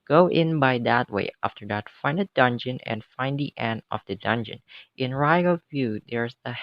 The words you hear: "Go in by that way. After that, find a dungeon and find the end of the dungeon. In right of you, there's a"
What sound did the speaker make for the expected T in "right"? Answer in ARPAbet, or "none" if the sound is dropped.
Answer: none